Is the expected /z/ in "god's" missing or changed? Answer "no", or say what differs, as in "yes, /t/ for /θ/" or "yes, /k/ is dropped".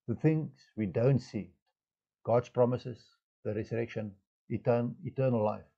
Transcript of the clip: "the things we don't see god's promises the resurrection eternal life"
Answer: yes, /s/ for /z/